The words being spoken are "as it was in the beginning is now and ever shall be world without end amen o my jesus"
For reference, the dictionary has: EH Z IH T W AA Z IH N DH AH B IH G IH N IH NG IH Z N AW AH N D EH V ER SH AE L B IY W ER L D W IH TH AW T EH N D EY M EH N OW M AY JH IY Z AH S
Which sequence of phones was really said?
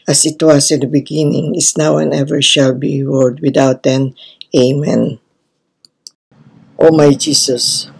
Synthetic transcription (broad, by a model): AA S IH T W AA S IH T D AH B IH G IH N IH NG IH S N AW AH N EH V ER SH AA L B IY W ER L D W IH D AW T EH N EY M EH N OW M AY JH IY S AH S